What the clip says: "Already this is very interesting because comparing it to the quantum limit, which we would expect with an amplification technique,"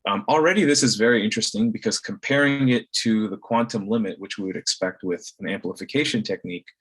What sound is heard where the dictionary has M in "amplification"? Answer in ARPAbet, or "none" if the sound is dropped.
M